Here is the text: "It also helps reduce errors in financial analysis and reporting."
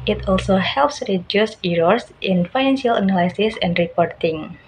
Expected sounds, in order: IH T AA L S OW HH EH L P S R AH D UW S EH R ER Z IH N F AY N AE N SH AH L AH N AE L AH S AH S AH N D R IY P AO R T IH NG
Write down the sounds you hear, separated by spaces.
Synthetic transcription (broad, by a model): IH T AA L S OW HH EH L P S R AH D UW S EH R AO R IH N F AY N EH N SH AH L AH N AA L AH S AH S AH N D R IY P AO R T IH NG